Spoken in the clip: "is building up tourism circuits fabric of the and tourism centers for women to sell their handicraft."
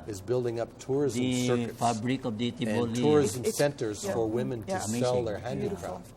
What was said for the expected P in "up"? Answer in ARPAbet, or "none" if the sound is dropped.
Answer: P